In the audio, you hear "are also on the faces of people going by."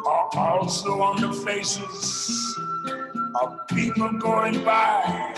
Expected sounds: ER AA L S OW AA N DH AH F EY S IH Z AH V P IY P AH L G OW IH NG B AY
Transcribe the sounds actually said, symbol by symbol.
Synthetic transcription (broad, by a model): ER AA L S OW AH N DH AH F EY S IH Z AH V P IY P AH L G OW IH NG B AY